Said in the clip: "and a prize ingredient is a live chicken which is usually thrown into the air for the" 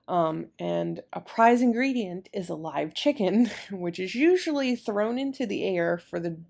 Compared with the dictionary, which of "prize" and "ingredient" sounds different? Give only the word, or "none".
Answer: none